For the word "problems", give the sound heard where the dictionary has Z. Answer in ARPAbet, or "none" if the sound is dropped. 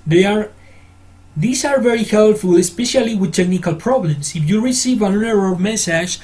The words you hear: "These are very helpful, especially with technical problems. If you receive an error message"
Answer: S